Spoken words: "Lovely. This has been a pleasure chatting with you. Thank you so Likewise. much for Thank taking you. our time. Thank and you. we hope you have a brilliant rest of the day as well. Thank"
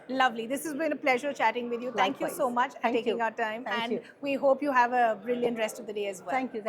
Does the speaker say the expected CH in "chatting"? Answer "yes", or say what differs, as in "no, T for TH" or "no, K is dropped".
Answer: yes